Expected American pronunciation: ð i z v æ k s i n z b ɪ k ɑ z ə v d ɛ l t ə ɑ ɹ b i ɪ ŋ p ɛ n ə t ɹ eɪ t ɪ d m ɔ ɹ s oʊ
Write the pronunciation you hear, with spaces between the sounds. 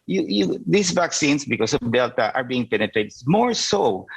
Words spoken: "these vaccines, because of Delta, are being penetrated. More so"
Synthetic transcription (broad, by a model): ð i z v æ k s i n s b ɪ k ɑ s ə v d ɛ l t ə ɑ ɹ b i ɪ ŋ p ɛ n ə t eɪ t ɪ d m ɔ ɹ s oʊ